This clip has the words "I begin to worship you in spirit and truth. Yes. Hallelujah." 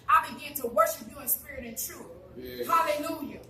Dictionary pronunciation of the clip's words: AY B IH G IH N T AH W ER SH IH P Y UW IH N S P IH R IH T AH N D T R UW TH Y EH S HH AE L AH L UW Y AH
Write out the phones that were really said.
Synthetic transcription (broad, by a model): AY B IH G IH N T AH W ER SH IH P Y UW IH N S P IH R IH T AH N T R UW TH HH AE L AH L UW Y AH